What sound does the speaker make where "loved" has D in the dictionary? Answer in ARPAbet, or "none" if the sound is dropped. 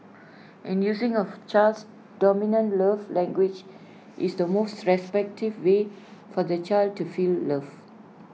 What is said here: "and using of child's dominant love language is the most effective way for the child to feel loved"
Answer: none